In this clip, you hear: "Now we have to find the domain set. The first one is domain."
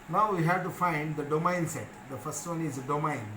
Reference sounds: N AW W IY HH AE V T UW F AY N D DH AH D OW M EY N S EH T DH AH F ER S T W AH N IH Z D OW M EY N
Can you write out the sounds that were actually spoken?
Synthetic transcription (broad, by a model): N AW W IY HH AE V T UW F AY N D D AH D OW M EY N S EH T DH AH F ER S T W AH N IH Z D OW M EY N